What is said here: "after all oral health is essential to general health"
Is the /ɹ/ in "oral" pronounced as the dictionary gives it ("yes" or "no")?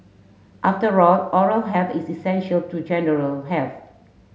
yes